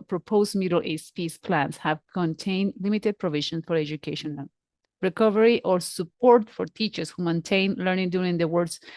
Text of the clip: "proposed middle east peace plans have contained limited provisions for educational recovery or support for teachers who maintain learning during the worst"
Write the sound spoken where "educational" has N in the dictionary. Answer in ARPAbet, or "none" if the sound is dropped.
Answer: none